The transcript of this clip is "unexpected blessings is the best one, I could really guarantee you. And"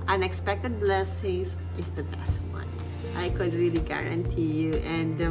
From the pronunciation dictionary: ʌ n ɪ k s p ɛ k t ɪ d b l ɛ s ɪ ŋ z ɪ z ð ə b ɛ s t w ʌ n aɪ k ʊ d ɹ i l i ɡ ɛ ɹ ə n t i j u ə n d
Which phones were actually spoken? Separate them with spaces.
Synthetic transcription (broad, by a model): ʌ n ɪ k s p ɛ k t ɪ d b l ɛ s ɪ ŋ s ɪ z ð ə b ɛ s t w ʌ n aɪ k ʊ d ɹ i l i ɡ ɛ ɹ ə n t i j u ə n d